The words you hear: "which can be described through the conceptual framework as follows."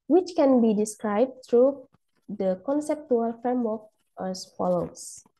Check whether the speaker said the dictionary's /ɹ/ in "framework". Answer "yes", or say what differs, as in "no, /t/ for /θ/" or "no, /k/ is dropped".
no, /ɹ/ is dropped